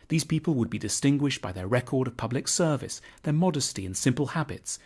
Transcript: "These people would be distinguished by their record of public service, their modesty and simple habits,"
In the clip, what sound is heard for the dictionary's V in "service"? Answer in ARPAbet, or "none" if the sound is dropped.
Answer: V